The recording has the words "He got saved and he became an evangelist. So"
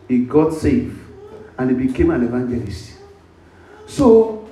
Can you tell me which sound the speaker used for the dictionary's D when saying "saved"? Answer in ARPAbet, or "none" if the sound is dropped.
none